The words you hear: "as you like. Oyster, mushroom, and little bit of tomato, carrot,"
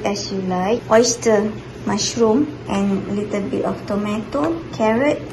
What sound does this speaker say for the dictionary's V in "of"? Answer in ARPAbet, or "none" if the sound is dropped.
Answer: F